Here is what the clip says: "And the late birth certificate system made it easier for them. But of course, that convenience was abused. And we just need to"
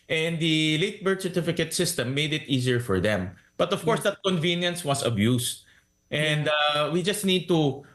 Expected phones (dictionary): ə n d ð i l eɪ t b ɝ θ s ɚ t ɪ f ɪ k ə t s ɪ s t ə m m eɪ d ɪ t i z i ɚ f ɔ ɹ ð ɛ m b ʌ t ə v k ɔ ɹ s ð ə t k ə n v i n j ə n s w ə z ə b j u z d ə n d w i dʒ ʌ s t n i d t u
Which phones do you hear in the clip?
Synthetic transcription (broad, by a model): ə n d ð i l eɪ t b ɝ t s ɚ t ɪ f ɪ k ə t s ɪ s t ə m m eɪ d ɪ t i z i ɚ f ɔ ɹ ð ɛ m b ʌ t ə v k ɔ ɹ s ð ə t k ə n v i n j ə n s w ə s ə b j u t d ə n d w i dʒ ʌ s t n i d t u